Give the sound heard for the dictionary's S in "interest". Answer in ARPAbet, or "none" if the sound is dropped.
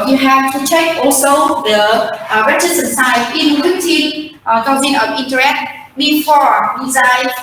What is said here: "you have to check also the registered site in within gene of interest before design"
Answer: none